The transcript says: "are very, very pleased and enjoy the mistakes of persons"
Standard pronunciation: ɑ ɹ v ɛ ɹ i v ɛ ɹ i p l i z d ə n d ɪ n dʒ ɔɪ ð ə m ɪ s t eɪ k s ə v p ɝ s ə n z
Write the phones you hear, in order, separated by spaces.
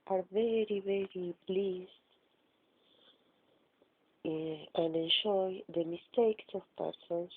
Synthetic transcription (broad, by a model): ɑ ɹ v ɛ ɹ i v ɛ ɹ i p l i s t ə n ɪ n ʃ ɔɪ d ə m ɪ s t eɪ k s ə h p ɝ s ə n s